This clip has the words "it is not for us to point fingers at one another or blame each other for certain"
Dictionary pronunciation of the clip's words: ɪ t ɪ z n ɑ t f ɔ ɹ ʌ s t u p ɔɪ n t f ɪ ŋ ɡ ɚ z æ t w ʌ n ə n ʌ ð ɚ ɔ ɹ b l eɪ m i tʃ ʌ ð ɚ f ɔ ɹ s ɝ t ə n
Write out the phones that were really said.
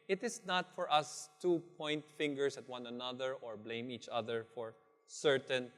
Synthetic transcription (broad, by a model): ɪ t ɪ s n ɑ t f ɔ ɹ ʌ s t u p ɔɪ n t f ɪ ŋ ɡ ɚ s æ t w ʌ n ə n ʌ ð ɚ ɔ ɹ b l eɪ m i tʃ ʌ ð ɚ f ɔ ɹ s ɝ t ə n